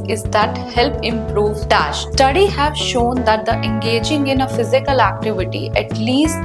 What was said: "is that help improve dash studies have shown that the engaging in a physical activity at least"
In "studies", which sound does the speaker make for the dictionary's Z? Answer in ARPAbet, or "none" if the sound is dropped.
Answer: none